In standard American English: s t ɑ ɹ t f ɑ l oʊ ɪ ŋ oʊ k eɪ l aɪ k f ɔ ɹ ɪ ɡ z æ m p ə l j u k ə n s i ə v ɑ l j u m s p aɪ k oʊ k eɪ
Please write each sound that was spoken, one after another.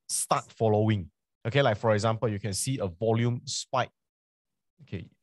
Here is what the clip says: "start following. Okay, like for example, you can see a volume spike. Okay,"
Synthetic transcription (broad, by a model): s t ɑ t f ɑ l oʊ ɪ ŋ oʊ k eɪ l aɪ k f ɔ ɹ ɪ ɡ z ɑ m p ə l j u k ə n s i ə v ɑ l j u m s p aɪ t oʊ k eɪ